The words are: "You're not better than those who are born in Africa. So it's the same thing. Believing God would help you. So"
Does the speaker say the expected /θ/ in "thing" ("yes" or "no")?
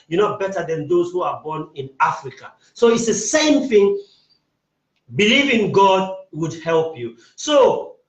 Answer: yes